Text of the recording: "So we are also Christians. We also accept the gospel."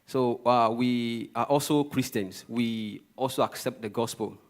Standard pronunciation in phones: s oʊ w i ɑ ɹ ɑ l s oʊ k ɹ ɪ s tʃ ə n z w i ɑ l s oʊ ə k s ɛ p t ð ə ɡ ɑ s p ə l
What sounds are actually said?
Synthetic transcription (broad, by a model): s oʊ w i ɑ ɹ ɑ l s oʊ k ɹ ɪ s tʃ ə n s w i ɑ l s oʊ ə k s ɛ p t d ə ɡ ɑ s p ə l